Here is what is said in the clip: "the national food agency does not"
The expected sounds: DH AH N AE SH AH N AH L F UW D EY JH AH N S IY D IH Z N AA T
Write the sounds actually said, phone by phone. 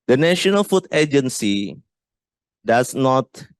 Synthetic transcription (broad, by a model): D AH N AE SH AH N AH L F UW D EY JH AH N S IY D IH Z N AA T